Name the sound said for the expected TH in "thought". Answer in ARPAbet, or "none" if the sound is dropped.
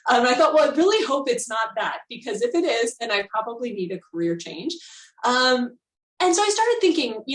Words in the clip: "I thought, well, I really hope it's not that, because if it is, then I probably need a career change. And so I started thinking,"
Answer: TH